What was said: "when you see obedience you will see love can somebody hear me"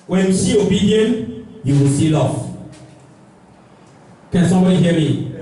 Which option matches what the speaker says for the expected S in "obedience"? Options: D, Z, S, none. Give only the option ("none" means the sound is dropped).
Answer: none